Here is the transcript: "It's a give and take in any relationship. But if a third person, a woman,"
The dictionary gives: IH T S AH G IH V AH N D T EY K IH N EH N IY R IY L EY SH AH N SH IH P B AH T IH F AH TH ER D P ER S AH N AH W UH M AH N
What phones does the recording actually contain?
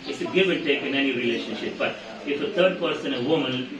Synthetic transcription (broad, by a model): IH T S AH G IH V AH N T EY K IH N EH N IY R IY L EY SH AH N SH IH P B AH T IH F AH T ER D P ER S AH N AH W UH M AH N